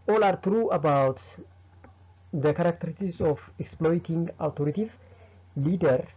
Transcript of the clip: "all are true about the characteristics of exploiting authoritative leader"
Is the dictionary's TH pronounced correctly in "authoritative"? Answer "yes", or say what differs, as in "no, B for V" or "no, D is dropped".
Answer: no, T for TH